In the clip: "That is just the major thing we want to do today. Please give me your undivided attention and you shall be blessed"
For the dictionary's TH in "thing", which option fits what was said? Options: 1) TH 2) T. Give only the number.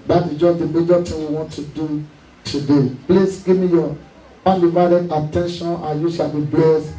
2